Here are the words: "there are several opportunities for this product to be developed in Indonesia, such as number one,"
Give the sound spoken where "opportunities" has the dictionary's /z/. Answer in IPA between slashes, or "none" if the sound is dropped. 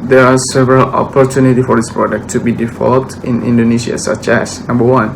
none